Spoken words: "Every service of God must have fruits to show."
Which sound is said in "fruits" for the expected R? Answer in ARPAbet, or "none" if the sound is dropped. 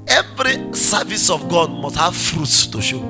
R